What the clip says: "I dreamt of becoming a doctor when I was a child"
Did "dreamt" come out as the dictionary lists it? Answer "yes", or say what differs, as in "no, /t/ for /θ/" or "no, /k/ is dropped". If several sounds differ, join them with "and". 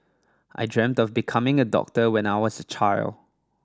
yes